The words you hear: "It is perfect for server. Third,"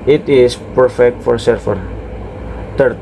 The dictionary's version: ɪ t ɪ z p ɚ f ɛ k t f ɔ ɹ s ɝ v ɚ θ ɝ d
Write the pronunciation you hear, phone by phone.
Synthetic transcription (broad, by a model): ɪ t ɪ s p ɚ f ɛ k t f ɔ ɹ s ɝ f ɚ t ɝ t